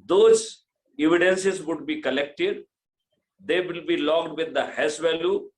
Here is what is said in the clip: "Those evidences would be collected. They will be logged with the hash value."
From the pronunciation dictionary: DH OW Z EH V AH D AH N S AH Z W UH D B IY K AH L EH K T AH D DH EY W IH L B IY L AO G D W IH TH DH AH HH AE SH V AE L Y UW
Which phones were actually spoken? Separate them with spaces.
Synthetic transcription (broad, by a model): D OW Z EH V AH D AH N S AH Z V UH D B IY K AH L EH K T AH D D EY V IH L B IY L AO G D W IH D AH HH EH S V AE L Y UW